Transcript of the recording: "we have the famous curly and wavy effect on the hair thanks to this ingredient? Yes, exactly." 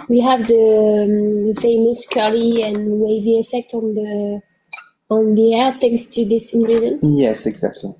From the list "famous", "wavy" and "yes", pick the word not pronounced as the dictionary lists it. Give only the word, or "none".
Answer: none